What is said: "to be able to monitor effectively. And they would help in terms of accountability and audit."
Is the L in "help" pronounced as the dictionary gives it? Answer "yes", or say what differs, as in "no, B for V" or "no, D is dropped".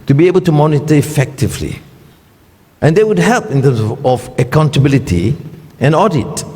yes